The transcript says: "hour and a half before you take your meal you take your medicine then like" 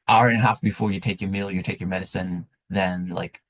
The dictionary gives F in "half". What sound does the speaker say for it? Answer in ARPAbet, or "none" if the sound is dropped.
F